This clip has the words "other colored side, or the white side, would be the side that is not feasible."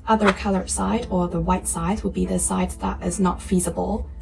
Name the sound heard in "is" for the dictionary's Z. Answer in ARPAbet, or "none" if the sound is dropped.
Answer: Z